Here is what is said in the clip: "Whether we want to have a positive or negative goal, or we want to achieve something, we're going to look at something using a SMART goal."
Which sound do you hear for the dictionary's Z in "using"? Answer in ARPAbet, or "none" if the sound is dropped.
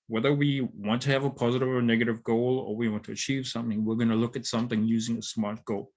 Z